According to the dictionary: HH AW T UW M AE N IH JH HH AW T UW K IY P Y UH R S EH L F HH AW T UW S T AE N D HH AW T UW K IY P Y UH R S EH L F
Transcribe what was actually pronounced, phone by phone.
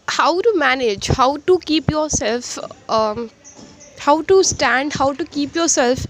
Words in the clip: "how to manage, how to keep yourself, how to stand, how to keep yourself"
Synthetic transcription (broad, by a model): HH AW T UW M AE N IH JH HH AW T UW K IY P Y UH R S EH L F HH AW T UW S T AE N D HH AW T UW K IY P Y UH R S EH L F